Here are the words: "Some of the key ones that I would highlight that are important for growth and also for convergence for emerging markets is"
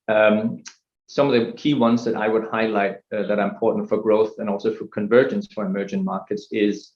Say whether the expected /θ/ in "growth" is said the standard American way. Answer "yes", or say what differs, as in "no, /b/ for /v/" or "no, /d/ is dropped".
yes